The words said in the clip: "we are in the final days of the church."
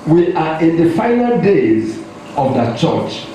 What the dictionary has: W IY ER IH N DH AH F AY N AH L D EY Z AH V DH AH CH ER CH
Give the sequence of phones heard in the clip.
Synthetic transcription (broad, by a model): W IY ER IH N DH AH F AY N AH L D EY Z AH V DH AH CH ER CH